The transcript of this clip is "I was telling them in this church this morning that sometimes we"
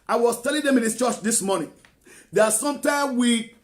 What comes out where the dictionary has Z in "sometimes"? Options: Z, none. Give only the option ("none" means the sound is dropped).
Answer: none